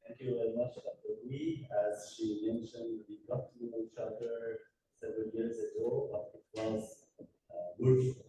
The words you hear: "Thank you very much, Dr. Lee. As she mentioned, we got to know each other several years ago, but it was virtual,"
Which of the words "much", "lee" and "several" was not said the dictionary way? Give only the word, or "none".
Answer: lee